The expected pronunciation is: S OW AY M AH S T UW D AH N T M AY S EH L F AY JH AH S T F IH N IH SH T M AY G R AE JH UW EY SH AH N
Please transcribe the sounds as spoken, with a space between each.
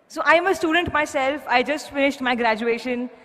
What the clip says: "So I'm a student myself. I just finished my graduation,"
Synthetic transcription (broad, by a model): S OW AY M AH S T UW D AH N T M AY S EH L F AY JH AH S T F IH N IH SH T M AY G R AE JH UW EY SH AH N